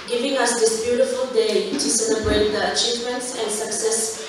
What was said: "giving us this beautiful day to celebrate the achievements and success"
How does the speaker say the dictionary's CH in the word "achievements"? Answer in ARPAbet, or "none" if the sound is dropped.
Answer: CH